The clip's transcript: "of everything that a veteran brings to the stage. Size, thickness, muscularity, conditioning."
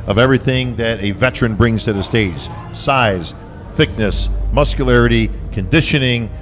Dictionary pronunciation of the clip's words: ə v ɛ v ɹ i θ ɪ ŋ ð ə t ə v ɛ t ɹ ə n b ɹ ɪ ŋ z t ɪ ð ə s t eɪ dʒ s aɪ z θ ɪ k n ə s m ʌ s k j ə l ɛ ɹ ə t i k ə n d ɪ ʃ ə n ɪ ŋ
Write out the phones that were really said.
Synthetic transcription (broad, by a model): ə v ɛ v ɹ i θ ɪ ŋ ð ə t ə v ɛ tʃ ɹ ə n b ɹ ɪ ŋ z t ɪ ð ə s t eɪ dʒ s aɪ z θ ɪ k n ə s m ʌ s k j ə l ɛ ɹ ə t i k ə n d ɪ ʃ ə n ɪ ŋ